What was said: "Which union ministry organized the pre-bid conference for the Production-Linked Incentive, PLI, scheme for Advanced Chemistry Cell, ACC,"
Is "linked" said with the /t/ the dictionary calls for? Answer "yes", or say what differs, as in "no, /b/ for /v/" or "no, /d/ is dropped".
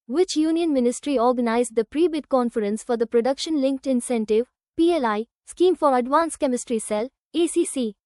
yes